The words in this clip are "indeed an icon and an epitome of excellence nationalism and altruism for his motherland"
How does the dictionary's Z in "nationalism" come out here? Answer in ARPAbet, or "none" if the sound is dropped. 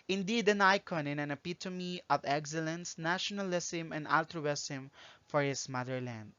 S